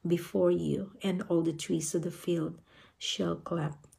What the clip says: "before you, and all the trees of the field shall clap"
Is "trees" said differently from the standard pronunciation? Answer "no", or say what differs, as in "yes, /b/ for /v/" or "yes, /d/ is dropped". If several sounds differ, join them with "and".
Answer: yes, /s/ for /z/